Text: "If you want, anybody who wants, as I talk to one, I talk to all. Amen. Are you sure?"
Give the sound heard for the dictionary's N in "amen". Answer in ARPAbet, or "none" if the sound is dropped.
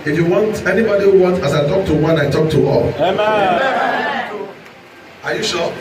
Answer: none